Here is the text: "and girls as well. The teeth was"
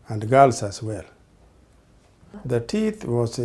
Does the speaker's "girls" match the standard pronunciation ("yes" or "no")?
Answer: no